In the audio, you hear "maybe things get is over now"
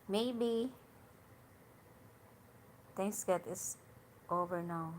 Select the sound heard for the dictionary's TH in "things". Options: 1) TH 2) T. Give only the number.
2